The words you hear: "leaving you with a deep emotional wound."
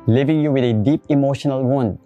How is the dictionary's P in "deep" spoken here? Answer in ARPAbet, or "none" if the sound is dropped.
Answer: P